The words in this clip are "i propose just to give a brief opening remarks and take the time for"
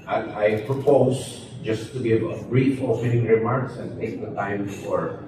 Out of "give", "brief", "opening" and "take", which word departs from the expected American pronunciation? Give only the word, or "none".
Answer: opening